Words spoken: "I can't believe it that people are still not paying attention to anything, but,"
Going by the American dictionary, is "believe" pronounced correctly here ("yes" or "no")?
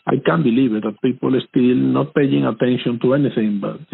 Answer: no